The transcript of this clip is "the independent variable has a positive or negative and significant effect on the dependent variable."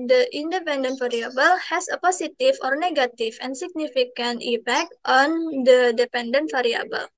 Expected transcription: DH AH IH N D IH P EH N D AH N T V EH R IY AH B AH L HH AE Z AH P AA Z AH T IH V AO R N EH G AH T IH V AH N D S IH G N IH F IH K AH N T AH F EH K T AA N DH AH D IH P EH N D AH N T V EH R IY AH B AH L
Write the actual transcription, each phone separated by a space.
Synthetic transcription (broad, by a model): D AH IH N D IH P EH N D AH N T F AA R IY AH B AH L HH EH S AH P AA S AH T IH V AO R N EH G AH T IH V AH N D S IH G N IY F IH K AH N T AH P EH K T AA N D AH D IH P EH N D AH N T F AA R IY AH B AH L